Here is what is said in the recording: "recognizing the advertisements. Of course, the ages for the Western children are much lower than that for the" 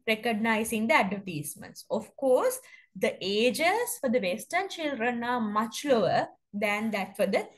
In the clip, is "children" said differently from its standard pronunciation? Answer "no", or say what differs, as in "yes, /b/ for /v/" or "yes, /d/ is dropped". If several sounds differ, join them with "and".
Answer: yes, /ʃ/ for /tʃ/